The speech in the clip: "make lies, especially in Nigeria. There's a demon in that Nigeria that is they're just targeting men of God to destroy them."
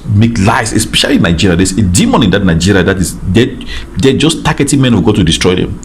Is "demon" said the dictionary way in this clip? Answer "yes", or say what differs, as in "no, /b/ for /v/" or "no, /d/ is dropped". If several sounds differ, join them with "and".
yes